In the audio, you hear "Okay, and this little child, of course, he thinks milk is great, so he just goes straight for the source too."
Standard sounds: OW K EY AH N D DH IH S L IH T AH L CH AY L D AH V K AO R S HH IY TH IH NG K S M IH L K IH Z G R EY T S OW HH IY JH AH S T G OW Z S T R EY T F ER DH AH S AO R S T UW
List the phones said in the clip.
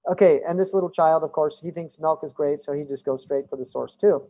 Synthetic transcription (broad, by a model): OW K EY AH N DH IH S L IH T L CH AY L D AH V K AO R S HH IY TH IH NG K S M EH L K IH Z G R EY T S OW HH IY JH AH S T G OW Z S T R EY T F ER DH AH S AO R S T UW